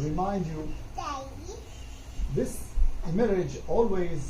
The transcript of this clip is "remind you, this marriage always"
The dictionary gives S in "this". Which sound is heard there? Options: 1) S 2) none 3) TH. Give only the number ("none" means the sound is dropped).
1